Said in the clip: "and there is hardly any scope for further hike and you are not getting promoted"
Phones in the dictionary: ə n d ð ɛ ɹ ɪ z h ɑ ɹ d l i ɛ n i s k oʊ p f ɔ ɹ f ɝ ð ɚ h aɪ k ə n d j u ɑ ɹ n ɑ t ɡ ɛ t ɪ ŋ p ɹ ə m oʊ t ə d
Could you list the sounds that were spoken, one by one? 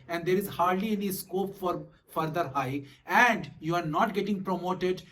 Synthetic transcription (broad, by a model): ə n d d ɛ ɹ ɪ z h ɑ ɹ d l i ɛ n i s k oʊ p f ɔ ɹ f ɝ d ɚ h aɪ ə n d j u ɑ ɹ n ɑ t ɡ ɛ t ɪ ŋ p ɹ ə m oʊ t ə d